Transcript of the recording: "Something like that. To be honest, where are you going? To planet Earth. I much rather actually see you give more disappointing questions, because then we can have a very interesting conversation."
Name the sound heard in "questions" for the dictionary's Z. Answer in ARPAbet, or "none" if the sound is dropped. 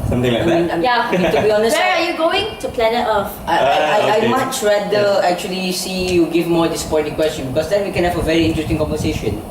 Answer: none